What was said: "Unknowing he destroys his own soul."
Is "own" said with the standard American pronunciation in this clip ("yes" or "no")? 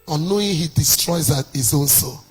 no